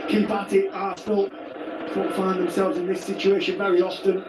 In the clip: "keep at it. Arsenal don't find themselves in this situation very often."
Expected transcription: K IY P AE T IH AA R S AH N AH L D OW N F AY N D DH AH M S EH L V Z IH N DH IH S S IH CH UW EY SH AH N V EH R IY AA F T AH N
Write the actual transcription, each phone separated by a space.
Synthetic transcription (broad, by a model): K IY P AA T IH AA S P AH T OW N F AY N DH AH M S EH L V Z IH N DH IH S S IH CH UW EY SH AH N V EH R IY AA F T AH N